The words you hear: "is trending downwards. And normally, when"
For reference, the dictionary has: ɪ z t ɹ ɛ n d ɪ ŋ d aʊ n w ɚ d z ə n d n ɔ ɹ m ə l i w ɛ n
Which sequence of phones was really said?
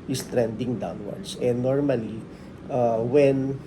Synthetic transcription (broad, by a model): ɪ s t ɹ ɛ n d ɪ ŋ d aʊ n w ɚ d s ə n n ɔ ɹ m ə l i w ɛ n